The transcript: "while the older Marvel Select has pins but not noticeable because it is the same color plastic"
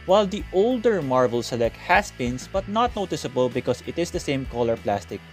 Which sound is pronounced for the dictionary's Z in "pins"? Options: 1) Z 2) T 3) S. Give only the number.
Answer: 3